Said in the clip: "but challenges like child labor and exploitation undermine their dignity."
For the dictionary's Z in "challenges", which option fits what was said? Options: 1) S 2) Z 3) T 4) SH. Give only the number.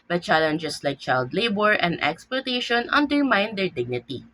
1